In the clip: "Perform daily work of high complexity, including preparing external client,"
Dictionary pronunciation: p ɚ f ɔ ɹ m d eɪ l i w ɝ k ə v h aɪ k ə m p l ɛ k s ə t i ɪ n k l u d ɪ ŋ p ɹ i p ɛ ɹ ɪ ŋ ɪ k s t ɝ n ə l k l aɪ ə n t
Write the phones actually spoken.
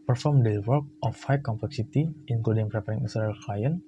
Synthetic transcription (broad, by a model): p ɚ f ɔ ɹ m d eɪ w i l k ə f h aɪ k ə m p l ɛ k s ə t i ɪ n k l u d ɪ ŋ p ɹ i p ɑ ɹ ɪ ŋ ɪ s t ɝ ə l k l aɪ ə n